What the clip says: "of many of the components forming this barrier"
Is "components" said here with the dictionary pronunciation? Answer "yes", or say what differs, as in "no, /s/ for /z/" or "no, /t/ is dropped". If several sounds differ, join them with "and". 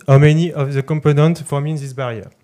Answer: no, /s/ is dropped